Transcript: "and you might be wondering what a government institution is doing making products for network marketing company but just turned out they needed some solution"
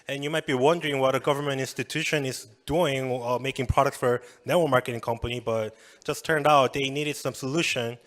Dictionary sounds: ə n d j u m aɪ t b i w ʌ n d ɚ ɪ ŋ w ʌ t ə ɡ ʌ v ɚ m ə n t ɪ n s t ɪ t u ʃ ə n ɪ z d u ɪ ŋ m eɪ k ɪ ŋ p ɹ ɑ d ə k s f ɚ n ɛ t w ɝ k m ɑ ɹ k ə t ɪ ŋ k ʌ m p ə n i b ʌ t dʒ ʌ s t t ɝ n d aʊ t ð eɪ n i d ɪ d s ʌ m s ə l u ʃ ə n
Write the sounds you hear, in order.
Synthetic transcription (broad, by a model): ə n j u m aɪ t b i w ʌ n d ɚ ɪ ŋ w ʌ t ə ɡ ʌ v ɚ m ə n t ɪ n s t ɪ t u ʃ ə n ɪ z d u ɪ ŋ m eɪ k ɪ ŋ p ɹ ɑ d ə k s f ɚ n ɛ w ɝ m ɑ ɹ k ə t ɪ ŋ k ʌ m p ə n i b ʌ t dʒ ʌ s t t ɝ n d aʊ t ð eɪ n i d ɪ d s ʌ m s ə l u ʃ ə n